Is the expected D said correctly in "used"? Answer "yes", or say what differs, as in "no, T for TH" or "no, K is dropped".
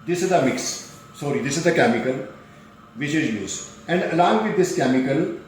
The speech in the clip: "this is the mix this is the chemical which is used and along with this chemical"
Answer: no, D is dropped